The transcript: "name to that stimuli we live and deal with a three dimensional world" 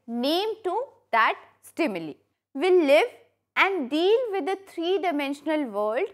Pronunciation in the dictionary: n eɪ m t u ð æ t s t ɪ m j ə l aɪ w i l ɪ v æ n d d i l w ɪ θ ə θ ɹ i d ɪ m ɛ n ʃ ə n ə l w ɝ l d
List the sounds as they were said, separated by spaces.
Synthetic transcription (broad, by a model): n eɪ m t u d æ t s t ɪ m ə l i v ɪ l ɪ v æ n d d i l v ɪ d ə t ɹ i d ɪ m ɛ n ʃ ə n ə l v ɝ l d